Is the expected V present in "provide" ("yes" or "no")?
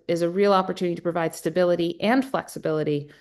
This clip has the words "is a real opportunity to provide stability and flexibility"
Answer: yes